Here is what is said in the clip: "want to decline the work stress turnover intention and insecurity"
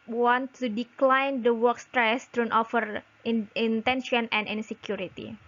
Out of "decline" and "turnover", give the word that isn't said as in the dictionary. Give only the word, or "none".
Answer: turnover